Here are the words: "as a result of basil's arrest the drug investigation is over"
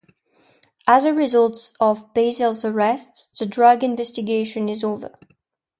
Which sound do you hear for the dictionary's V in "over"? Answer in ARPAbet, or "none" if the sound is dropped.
V